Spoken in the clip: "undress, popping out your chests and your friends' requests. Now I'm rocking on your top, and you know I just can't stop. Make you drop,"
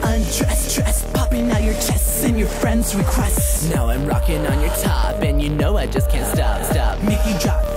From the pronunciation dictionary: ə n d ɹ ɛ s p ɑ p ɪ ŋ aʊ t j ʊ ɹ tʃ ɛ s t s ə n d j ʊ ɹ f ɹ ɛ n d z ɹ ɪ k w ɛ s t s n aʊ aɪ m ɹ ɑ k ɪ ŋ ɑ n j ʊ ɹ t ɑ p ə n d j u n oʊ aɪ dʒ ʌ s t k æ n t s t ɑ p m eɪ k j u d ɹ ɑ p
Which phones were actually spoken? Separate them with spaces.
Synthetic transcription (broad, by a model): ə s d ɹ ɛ s p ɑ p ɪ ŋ aʊ j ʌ ɹ tʃ ɛ s t s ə n j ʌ ɹ f ɹ ɛ n d z ɹ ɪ k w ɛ s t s n aʊ aɪ m ɹ ɑ k ɪ ŋ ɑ n j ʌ ɹ t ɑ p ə n j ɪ n oʊ aɪ dʒ ʌ s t k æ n t s t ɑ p m eɪ k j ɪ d ɹ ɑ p